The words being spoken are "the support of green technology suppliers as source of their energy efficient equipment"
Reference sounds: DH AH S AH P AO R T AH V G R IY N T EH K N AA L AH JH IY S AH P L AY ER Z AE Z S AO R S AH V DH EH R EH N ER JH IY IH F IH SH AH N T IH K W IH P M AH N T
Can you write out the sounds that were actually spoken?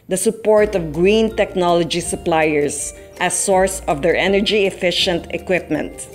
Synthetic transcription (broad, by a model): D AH S AH P AO R T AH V G R IY N T EH K N AA L AH JH IY S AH P L AY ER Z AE S AO R S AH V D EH R EH N ER JH IY IH F IH SH AH N T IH K W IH P M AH N T